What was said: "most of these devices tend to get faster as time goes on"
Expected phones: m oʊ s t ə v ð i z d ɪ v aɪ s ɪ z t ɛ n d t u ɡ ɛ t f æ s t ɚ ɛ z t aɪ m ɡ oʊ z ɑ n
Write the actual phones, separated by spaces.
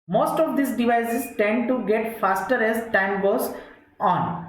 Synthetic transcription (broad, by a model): m oʊ s t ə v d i s d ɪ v aɪ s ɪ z t ɛ n d t u ɡ ɛ t f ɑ s t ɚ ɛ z t aɪ m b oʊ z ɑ n